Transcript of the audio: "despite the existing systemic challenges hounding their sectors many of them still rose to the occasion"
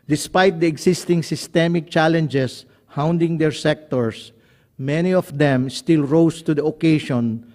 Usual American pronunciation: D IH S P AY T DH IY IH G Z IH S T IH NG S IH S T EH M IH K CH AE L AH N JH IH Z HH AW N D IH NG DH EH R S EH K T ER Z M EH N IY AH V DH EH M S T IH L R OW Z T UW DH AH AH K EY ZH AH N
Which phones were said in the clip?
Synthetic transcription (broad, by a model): D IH S P AY T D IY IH G S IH S T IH NG S IH S T EH M IH K CH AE L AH N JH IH S HH AW N D IH NG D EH R S EH K T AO S M EH N IY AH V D EH M S T IH L R OW S T UW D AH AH K EY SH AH N